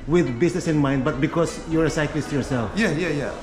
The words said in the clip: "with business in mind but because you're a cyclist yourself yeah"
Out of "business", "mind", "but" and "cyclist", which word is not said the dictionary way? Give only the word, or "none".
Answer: business